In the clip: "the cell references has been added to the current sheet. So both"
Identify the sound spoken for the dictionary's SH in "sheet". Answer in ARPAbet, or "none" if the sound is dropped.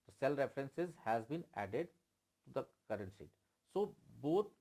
S